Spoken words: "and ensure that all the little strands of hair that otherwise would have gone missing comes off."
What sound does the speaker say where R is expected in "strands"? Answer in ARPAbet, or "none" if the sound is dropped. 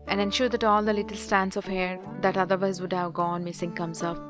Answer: none